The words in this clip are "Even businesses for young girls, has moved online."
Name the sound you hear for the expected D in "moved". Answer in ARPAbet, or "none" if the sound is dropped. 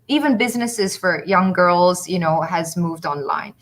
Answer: D